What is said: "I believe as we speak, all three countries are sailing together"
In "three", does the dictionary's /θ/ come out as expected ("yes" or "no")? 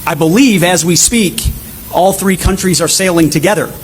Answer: yes